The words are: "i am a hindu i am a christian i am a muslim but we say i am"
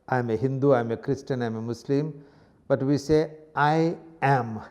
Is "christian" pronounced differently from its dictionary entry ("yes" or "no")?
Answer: no